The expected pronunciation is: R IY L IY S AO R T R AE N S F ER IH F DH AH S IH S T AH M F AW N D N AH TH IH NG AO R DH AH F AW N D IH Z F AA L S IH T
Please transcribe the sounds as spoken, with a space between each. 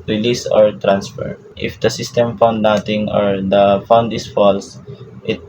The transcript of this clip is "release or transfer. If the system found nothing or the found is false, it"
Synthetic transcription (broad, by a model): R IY L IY S AO R T R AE N S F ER IH F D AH S IH S T AH M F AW N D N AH T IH NG AO R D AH F AW N D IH S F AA L S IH T